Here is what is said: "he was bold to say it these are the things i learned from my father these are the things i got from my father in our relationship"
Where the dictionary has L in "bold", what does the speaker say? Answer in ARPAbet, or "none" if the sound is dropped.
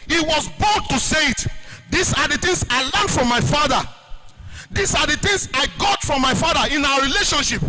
none